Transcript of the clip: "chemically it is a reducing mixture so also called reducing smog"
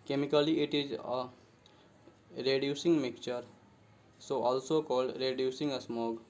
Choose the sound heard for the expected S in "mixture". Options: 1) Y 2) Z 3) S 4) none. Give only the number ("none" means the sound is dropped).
4